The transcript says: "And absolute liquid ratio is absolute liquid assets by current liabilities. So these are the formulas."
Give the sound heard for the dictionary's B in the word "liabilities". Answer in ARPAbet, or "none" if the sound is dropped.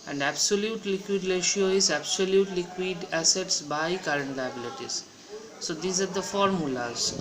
B